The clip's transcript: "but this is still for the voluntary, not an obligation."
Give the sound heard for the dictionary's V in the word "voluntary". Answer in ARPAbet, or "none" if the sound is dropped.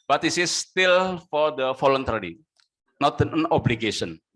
F